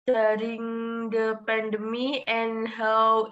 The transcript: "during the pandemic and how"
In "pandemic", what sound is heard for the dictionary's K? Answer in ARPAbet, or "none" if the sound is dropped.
none